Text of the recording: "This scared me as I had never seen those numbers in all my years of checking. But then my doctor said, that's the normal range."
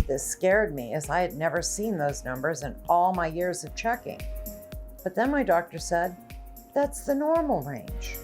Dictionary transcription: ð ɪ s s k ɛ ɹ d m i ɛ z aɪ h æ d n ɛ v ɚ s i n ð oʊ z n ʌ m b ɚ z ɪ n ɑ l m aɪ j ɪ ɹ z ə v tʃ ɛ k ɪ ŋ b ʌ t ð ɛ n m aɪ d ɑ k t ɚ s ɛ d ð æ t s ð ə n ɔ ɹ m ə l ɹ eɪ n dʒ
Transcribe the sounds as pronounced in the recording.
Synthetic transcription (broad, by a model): ð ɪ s s k ɛ ɹ d m i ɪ z aɪ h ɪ d n ɛ v ɚ s i n ð oʊ z n ʌ m b ɚ z ɪ n ɑ l m aɪ j ɪ ɹ z ə v tʃ ɛ k ɪ ŋ b ʌ t ð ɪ n m aɪ d ɑ k t ɚ s ɛ d ð æ t s ð ə n ɔ ɹ m l ɹ eɪ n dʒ